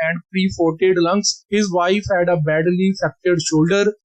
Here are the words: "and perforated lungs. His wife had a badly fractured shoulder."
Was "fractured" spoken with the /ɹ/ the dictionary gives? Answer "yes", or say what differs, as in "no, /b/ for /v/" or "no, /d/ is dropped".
no, /ɹ/ is dropped